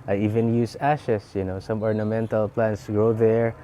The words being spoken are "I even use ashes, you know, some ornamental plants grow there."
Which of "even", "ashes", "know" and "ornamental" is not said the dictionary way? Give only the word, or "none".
ashes